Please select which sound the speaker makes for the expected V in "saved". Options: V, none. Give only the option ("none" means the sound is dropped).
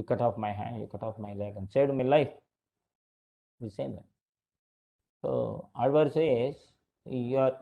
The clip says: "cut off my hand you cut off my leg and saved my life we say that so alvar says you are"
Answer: none